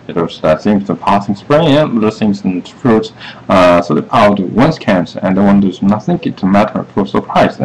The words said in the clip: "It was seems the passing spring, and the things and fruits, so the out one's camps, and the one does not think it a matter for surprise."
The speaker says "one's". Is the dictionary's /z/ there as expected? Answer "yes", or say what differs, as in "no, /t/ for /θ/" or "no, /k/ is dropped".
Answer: no, /s/ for /z/